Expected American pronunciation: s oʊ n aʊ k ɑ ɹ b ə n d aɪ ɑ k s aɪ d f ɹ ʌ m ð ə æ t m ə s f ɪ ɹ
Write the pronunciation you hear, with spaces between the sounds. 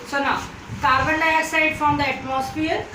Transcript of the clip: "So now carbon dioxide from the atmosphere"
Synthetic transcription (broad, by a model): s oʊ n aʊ k ɑ ɹ b ə n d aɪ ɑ s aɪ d f ɹ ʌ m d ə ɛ t m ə s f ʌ ɹ